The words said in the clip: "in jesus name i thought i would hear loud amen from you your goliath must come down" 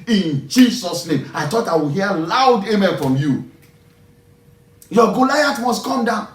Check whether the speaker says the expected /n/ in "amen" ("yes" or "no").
no